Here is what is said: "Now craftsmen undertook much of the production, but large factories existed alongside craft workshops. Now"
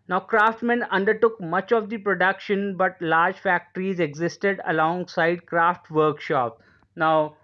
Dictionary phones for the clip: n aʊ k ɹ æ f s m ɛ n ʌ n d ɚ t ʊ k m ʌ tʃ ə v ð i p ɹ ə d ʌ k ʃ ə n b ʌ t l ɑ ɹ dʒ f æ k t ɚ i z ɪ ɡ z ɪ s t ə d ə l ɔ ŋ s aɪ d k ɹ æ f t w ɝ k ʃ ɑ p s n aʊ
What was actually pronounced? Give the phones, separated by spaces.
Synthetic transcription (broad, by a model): n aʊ k ɹ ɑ f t m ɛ n ʌ n d ɚ t ʊ k m ʌ tʃ ə v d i p ɹ ə d ʌ k ʃ ə n b ʌ t l ɑ ɹ dʒ f æ k t ɚ i z ɪ ɡ z ɪ s t ə d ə l ɔ ŋ s aɪ d k ɹ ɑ f t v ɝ k ʃ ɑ p n aʊ